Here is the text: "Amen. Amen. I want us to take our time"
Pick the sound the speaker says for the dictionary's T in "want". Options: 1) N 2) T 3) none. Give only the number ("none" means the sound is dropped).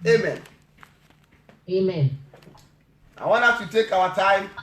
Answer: 3